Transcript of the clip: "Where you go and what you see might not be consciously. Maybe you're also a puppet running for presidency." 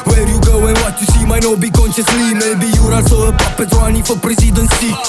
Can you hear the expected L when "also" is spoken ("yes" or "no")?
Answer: no